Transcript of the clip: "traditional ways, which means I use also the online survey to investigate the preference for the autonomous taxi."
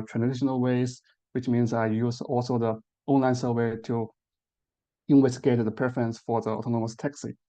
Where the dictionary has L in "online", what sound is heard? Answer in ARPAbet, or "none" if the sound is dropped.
L